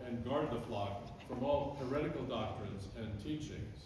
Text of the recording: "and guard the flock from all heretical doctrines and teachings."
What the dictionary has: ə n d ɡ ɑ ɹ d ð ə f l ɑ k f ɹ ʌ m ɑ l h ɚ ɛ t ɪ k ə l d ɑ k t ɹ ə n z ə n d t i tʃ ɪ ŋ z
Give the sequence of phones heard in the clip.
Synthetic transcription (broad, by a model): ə n ɡ ɑ ɹ d ð ə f l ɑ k f ɹ ʌ m ɑ l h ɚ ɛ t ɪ k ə l d ɑ k t ɹ ə n z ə n t i tʃ ɪ ŋ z